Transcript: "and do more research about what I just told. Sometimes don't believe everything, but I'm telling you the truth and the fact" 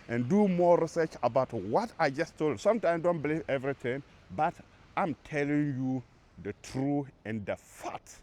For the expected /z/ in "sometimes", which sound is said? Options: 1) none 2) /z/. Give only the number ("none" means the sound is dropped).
1